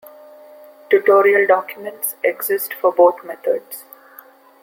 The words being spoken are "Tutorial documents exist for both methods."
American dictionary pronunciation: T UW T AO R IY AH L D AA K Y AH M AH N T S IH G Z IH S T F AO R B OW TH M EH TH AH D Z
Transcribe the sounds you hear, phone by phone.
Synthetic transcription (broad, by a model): T UW T AO R IY AH L D AA K Y AH M AH N T S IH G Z IH S T F AO R B OW T M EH T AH D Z